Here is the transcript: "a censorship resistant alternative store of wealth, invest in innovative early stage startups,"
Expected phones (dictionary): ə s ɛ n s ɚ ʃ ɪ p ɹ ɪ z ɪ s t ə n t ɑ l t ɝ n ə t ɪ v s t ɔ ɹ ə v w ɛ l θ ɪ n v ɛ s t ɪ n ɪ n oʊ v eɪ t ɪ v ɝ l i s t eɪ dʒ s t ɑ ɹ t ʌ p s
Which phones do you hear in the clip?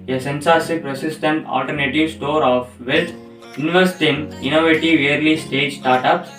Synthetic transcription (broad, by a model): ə s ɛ n s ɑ s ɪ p ɹ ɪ s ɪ s t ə n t ɑ l t ɝ n ə t ɪ v s t ɔ ɹ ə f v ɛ l t ɪ n v ɛ s t ɪ n ɪ n oʊ v eɪ t ɪ v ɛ l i s t eɪ dʒ s t ɑ ɹ t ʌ p s